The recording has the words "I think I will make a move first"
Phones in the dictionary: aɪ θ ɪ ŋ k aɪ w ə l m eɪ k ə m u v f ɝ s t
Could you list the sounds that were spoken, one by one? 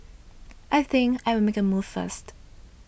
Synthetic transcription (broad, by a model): aɪ θ ɪ ŋ k aɪ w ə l m eɪ k ə m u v f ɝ s t